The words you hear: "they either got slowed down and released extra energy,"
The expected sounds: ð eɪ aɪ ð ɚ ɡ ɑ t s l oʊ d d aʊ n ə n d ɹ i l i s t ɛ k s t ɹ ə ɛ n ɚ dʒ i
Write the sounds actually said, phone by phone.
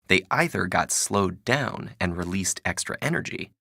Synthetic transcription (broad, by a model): ð eɪ aɪ ð ɚ ɡ ɑ t s l oʊ d d aʊ n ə n ɹ i l i s t ɛ k s t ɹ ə ɛ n ɚ dʒ i